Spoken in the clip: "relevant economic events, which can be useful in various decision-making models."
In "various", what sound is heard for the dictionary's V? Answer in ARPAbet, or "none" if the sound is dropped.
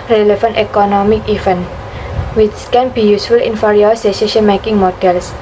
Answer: F